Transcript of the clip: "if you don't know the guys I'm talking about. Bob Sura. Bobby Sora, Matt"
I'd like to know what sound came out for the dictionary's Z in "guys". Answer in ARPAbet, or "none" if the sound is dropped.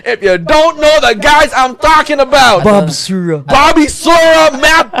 Z